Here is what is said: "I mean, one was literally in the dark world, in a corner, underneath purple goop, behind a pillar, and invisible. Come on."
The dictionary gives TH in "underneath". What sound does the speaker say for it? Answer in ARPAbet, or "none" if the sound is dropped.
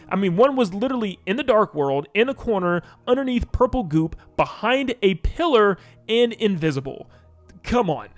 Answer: TH